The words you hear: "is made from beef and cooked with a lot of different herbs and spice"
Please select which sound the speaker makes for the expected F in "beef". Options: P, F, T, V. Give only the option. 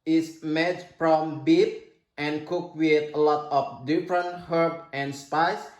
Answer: P